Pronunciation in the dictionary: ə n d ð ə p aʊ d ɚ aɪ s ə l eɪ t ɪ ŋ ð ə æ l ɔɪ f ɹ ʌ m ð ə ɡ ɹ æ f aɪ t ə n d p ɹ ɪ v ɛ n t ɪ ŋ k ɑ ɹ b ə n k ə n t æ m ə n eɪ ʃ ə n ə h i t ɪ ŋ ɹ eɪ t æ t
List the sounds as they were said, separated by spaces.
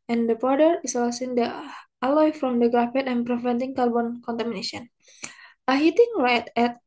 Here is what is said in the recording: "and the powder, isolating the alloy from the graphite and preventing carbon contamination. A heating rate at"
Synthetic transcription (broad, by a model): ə n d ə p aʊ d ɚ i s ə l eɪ s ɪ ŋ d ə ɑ l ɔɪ f ɹ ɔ m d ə ɡ ɹ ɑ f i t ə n p ɹ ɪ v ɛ n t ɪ ŋ k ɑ l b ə n k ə n t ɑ m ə n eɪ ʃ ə n ə h i t ɪ ŋ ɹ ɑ t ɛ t